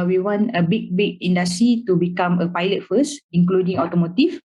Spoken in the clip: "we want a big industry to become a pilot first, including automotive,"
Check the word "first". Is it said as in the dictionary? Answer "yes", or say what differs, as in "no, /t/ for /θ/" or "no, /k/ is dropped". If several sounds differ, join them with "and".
no, /t/ is dropped